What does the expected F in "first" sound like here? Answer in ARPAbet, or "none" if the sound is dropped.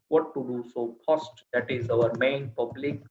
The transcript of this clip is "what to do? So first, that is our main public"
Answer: P